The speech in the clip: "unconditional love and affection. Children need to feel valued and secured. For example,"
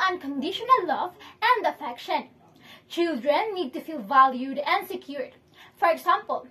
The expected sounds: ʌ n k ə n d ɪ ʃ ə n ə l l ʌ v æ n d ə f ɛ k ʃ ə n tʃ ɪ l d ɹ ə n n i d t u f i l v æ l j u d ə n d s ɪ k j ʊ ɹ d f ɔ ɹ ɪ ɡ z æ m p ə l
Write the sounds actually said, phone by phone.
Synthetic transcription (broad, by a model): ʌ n k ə n d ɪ ʃ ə n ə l l ʌ v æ n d ə f ɛ k ʃ ə n tʃ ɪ l d ɹ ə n n i d t u f i l v æ l j u d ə n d s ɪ k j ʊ ɹ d f ɔ ɹ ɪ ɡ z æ m p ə l